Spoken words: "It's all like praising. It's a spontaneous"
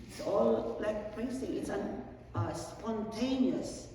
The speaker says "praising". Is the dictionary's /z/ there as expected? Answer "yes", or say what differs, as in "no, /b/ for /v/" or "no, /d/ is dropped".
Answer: no, /s/ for /z/